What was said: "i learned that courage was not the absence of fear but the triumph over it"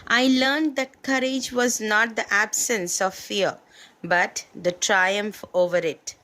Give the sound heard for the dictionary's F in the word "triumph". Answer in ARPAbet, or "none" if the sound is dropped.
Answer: F